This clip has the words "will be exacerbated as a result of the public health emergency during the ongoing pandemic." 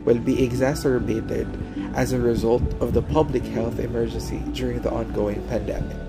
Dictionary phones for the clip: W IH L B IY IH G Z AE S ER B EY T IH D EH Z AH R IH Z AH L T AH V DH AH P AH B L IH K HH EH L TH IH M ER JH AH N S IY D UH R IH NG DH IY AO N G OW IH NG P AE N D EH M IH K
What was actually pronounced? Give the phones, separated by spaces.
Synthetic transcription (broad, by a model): W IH L B IY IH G Z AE S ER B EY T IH D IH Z AH R IH Z AH L T AH V DH AH P AH B L IH K HH EH L TH IH M ER JH AH N S IY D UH R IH NG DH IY AO N G OW IH NG P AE N D EH M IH K